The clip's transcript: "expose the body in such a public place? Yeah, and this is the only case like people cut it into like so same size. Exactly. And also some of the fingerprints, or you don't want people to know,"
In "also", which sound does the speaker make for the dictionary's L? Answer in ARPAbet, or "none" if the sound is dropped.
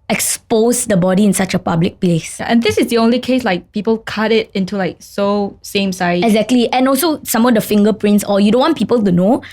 L